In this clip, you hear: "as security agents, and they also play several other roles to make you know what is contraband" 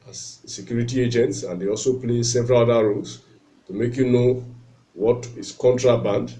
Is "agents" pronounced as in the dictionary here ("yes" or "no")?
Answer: yes